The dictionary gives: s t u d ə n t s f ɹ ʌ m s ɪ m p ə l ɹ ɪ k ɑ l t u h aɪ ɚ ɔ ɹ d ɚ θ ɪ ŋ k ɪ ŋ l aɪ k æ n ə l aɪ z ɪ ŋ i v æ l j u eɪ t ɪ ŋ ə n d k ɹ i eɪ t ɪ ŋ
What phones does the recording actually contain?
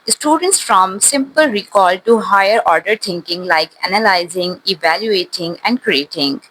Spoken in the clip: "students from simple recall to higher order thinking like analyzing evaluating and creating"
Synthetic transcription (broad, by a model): s t u d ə n t s f ɹ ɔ m s ɪ m p ə l ɹ ɪ k ɑ l t u h aɪ ɚ ɔ ɹ d ɚ t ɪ ŋ k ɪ ŋ l aɪ k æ n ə l aɪ z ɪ ŋ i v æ l j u eɪ t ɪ ŋ ə n d k ɹ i eɪ t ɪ ŋ